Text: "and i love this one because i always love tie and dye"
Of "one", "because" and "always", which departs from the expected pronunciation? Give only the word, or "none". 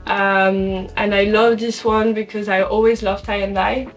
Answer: none